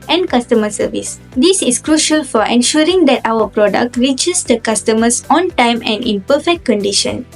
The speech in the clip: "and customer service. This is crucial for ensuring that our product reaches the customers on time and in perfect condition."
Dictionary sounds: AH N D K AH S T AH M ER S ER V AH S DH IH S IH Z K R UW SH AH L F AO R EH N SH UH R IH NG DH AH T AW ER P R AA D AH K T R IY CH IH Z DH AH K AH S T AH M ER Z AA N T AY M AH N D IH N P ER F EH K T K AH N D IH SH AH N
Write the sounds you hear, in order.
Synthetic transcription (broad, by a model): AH N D K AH S T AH M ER S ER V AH S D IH S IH S K R UW SH AH L F AO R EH N SH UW R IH NG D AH T AW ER P R AA D AH K T R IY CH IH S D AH K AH S T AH M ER S AA N T AY M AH N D IH N P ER F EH K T K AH N D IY SH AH N